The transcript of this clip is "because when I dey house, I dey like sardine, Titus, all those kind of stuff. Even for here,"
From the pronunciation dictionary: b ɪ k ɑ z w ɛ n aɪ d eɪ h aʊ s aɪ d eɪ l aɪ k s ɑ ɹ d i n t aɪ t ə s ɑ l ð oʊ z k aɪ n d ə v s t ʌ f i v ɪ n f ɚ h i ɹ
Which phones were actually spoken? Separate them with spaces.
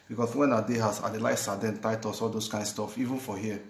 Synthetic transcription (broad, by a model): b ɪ k ɑ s w ɛ n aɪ d eɪ h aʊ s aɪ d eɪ l aɪ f s ɑ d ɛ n t aɪ t ə s ɑ l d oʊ s k aɪ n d s t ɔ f i v ɪ n f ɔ h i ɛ